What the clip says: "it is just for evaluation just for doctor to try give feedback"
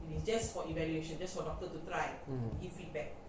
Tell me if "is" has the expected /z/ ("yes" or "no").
no